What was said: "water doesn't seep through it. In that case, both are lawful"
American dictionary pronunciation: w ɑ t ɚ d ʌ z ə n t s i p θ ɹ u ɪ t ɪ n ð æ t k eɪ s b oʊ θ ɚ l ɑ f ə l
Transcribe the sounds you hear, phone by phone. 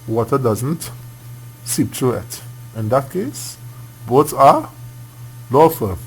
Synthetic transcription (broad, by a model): w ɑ t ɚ d ʌ z ə n t s i p t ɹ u ɪ t ɪ n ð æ t k eɪ s b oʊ s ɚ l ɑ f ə